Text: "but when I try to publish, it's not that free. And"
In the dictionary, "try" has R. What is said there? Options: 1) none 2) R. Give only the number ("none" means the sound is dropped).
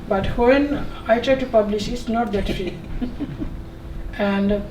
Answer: 2